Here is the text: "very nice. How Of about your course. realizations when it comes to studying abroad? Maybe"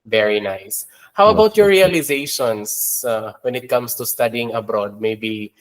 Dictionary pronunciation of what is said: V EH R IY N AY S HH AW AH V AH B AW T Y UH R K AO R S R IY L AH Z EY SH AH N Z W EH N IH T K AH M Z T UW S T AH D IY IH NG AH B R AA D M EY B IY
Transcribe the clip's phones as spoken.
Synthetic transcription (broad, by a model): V EH R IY N AY S HH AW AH W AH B AW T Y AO R R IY L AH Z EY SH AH N S W EH N IH T K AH M S T UW S T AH D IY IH NG AH B R AA D M EY B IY